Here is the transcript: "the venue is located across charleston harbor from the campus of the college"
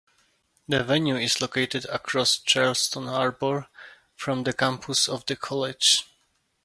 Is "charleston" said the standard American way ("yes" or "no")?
yes